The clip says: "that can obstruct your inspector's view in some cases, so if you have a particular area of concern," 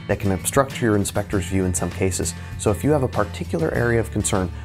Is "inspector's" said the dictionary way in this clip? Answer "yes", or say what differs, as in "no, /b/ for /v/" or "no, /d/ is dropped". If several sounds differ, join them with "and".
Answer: yes